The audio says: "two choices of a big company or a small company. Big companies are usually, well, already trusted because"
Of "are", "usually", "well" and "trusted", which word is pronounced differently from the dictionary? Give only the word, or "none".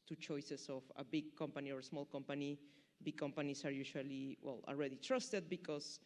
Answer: usually